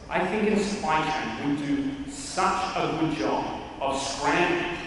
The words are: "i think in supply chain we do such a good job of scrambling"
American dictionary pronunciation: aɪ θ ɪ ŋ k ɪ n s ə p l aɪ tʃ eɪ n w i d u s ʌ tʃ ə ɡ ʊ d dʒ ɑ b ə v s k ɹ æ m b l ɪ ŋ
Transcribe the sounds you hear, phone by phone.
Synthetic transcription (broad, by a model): aɪ θ ɪ ŋ k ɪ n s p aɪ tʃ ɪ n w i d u s ʌ tʃ ə ɡ ʊ d dʒ ɑ b ə v s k ɹ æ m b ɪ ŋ